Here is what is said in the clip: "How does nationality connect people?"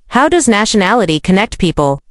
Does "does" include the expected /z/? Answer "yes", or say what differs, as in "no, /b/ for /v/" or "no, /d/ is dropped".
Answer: yes